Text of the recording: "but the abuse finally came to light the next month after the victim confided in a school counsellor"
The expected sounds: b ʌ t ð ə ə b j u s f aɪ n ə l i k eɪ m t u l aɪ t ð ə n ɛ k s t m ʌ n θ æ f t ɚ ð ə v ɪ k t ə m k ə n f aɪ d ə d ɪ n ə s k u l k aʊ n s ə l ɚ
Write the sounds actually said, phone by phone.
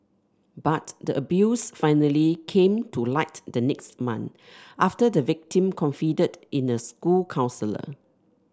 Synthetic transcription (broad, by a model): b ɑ t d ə ə b j u s f aɪ n ə l i k eɪ m t u l aɪ t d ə n ɛ k s t m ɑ n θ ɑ f t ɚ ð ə v ɪ k t ə m k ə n f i d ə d ɪ n ə s k u l k aʊ n s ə l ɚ